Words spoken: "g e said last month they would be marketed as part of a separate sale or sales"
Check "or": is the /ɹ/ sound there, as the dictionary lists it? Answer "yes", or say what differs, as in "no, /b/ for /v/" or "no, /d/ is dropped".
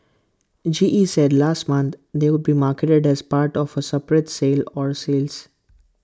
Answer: yes